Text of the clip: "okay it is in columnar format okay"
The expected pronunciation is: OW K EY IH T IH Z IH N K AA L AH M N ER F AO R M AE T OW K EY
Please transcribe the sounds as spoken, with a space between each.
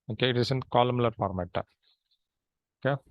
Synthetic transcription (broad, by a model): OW K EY IH T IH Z IH N K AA L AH M L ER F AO R M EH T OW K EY